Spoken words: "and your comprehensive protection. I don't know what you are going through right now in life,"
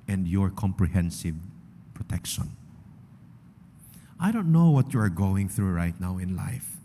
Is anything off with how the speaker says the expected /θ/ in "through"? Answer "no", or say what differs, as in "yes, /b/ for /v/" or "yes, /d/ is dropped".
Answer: no